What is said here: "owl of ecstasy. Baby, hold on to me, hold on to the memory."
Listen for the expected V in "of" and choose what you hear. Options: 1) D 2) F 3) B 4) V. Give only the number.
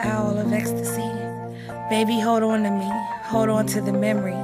4